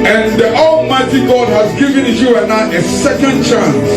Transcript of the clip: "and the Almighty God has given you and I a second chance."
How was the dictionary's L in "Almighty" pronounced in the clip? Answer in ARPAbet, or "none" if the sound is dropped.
L